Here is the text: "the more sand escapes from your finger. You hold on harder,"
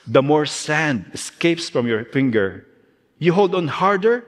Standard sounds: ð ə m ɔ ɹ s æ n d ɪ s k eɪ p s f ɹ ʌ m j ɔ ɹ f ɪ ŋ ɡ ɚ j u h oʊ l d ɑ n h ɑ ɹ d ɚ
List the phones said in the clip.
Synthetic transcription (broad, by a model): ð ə m ɔ ɹ s æ n d ɪ s k eɪ p s f ɹ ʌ m j ɔ ɹ f ɪ ŋ ɡ ɚ j u h oʊ l d ɑ n h ɑ ɹ d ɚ